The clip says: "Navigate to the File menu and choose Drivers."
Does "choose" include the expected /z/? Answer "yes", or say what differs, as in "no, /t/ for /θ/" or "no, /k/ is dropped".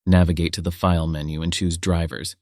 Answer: yes